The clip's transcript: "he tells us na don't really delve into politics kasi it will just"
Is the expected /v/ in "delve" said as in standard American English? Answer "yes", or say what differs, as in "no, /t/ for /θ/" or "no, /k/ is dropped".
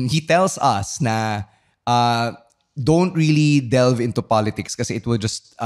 yes